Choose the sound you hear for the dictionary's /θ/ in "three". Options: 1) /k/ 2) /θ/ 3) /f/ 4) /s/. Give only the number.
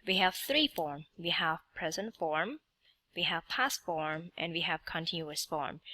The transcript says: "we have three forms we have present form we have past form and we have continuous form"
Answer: 2